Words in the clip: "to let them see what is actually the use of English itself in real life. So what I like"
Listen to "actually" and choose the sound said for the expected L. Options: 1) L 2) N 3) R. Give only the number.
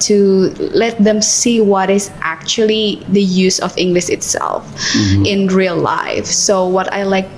1